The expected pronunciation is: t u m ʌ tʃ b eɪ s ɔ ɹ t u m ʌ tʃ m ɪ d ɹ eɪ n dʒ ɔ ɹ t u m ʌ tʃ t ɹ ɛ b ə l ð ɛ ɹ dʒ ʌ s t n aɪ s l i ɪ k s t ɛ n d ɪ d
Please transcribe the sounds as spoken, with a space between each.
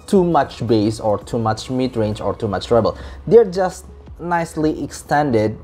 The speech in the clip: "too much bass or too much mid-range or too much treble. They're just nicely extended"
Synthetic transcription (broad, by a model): t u m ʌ tʃ b eɪ s ɔ ɹ t u m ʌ tʃ m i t ɹ eɪ n dʒ ɔ ɹ t u m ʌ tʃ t ɹ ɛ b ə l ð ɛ ɹ dʒ ʌ s t n aɪ s l i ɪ k s t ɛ n d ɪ d